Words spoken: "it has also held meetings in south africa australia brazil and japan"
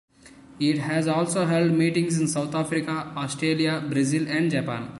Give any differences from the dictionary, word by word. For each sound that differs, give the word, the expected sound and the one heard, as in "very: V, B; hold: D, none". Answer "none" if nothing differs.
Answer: south: TH, T